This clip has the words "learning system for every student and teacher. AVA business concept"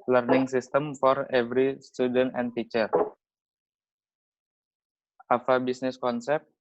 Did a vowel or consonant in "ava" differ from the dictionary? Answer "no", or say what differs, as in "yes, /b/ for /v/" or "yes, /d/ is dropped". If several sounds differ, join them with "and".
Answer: yes, /f/ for /v/